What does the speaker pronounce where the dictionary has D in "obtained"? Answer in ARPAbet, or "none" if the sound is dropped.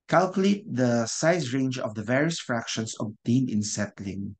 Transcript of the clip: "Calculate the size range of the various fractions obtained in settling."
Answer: none